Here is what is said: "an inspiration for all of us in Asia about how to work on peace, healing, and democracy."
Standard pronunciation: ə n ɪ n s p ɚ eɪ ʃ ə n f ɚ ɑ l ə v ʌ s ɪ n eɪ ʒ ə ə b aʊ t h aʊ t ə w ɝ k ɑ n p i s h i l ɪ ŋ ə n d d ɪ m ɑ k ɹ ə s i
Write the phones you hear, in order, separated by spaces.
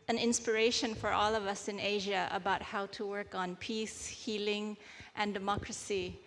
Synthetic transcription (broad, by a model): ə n ɪ n s p ɚ eɪ ʃ ə n f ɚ ɑ l ə v ʌ s ɪ n eɪ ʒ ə ə b aʊ t h aʊ t ə w ɝ k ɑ n p i s h i l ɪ ŋ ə n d d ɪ m ɑ k ɹ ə s i